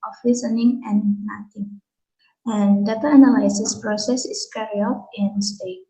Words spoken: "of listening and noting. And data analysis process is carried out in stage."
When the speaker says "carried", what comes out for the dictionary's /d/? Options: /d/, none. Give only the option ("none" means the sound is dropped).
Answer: none